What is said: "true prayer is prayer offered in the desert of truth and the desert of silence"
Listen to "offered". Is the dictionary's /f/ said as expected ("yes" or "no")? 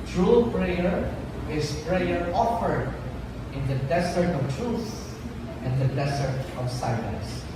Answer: yes